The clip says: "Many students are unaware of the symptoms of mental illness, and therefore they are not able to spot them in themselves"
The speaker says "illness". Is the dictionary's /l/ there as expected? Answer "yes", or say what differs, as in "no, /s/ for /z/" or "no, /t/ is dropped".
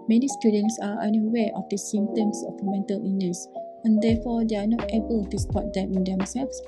no, /l/ is dropped